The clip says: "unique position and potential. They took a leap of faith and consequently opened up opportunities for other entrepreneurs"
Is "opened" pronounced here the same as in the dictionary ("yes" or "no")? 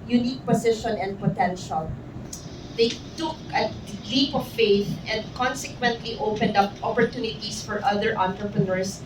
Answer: yes